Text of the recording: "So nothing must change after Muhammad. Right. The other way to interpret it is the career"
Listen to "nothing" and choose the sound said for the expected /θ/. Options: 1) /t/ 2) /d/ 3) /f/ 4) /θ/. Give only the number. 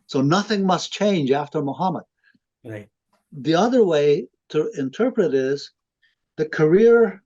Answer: 4